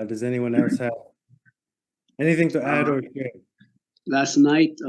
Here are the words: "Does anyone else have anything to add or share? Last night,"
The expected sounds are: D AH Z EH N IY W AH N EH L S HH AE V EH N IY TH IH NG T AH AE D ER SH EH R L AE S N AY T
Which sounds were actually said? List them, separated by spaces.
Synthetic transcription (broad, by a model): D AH Z EH N IY W AH N EH L S HH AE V EH N IY TH IH NG T AH AE D ER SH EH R L AE S N AY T